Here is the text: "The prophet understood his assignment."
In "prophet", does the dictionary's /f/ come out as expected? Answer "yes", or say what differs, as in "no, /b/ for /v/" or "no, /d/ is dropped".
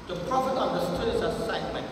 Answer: yes